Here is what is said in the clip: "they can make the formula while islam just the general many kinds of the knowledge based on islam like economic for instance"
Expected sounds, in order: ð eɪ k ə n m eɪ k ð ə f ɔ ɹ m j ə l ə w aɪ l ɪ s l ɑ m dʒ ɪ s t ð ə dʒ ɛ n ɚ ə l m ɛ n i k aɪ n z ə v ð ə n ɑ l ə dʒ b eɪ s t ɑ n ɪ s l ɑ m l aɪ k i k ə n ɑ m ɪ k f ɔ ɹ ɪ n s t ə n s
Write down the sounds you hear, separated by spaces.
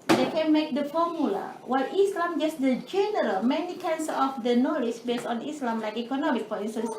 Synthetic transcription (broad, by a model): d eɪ k ə n m eɪ k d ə f ɔ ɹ m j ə l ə w aɪ l ɪ s l ɑ m dʒ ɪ s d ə dʒ ɛ n ɚ ə l m ɛ n i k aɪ n s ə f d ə n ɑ l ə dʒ b eɪ s t ɑ n ɪ s l ɑ m l aɪ k i k ə n ɑ m ɪ k p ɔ l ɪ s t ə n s